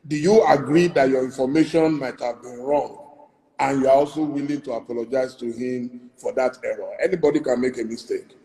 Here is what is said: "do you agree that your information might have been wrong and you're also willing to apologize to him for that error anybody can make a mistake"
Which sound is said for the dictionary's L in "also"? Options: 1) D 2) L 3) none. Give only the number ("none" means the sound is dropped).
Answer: 2